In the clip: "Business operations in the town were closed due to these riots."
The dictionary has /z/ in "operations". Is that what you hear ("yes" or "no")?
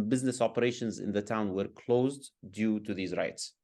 yes